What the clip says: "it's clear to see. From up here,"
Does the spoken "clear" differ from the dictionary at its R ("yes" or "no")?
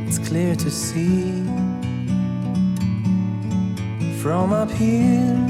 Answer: no